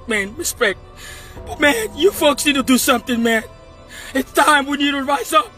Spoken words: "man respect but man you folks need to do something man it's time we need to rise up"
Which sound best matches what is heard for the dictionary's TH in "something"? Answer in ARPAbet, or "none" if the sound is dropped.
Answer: TH